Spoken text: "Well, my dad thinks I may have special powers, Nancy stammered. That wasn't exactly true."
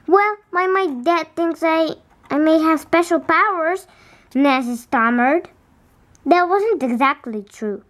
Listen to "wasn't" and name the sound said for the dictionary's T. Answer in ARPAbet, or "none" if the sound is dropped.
T